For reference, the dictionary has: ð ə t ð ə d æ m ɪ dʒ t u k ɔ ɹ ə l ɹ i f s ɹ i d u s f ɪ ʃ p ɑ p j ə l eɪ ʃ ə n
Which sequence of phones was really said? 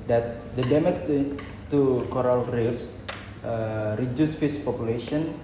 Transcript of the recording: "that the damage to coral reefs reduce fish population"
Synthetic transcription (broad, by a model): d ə t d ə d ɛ m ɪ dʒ t u k ɔ ɹ ə l ɹ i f s ɹ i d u s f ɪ s p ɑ p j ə l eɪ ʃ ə n